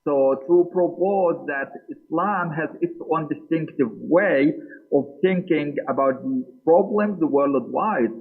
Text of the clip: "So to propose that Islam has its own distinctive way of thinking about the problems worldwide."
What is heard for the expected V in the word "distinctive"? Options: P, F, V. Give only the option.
V